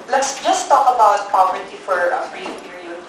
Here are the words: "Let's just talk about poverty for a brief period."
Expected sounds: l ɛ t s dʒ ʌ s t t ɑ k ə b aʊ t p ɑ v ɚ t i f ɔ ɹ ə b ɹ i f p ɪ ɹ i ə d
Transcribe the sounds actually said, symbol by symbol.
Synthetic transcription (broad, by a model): l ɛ t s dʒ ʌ s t t ɑ k ə b aʊ t p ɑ p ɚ t i f ɔ ɹ ə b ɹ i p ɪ ɹ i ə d